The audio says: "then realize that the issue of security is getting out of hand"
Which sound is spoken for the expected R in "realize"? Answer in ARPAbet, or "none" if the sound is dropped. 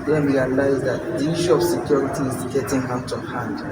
W